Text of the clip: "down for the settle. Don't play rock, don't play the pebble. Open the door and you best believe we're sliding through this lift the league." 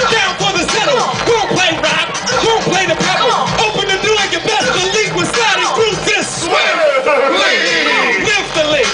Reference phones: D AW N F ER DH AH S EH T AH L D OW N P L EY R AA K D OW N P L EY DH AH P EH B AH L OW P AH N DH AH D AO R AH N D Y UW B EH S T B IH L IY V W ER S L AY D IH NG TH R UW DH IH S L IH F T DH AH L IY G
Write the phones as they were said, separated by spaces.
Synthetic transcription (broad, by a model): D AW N F ER DH AH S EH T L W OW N P L EY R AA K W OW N P L EY DH AH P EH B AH OW P AH N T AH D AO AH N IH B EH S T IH L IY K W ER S AY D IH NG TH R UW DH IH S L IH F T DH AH L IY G